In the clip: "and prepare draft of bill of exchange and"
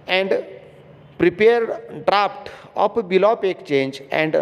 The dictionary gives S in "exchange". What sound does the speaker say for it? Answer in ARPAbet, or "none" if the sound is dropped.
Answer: none